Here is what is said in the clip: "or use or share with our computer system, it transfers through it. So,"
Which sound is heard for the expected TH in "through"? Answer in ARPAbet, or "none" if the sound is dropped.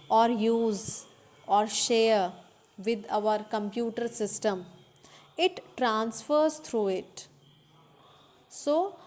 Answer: T